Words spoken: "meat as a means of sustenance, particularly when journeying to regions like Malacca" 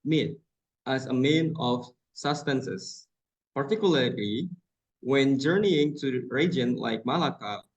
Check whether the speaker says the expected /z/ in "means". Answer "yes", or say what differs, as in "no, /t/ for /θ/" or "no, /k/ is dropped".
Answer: no, /z/ is dropped